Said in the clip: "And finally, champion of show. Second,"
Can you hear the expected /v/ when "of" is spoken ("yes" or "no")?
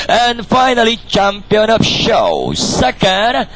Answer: no